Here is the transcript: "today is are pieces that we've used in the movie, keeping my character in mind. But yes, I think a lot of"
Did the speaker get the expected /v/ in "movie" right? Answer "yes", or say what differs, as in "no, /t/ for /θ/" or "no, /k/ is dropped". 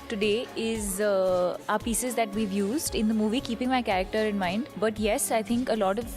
yes